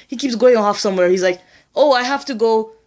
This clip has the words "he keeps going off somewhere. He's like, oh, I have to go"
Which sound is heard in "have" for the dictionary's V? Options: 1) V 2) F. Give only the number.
2